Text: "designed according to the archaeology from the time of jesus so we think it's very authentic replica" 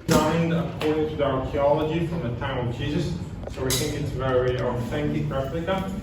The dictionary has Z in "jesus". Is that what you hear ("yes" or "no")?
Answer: yes